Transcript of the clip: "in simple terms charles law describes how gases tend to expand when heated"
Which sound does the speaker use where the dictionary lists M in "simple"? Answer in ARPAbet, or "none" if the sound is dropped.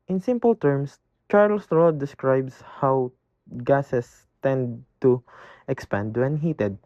M